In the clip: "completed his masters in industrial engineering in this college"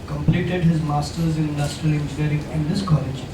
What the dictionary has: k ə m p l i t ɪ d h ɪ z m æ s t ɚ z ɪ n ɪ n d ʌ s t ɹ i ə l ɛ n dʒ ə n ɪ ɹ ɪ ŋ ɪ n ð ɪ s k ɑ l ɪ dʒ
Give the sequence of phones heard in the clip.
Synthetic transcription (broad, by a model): k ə m p l i t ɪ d h ɪ z m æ s t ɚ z ɪ n ɪ n d ʌ s t ɹ i ə l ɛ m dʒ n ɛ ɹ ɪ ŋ ɪ n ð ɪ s k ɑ l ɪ dʒ